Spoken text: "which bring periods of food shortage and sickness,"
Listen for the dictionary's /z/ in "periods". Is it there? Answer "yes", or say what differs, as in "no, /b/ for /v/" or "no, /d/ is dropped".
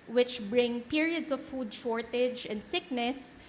no, /s/ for /z/